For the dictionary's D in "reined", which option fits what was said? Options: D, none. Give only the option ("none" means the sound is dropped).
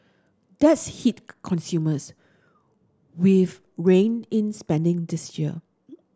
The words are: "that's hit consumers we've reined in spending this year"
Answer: none